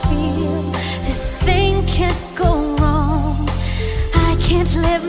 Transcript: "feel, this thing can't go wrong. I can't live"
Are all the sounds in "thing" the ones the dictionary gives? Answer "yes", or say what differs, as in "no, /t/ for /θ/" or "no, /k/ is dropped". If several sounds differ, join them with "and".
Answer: yes